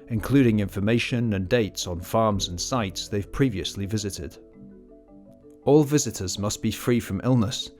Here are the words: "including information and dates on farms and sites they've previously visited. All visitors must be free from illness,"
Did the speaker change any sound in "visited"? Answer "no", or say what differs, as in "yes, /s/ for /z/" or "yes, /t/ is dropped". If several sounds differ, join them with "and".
no